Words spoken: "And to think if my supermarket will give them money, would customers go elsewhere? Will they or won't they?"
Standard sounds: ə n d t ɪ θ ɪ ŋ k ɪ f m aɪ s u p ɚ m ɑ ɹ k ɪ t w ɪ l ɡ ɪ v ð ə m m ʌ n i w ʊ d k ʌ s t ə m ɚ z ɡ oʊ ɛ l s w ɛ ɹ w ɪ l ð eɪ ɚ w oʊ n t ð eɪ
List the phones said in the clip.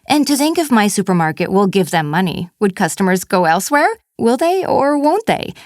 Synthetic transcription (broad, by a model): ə n t ɪ θ ɪ ŋ k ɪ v m aɪ s u p ɚ m ɑ ɹ k ɪ t w ɪ l ɡ ɪ v ð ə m m ʌ n i w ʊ d k ʌ s t ə m ɚ z ɡ oʊ ɛ l s w ɛ ɹ w ɪ l ð eɪ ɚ w oʊ n t ð eɪ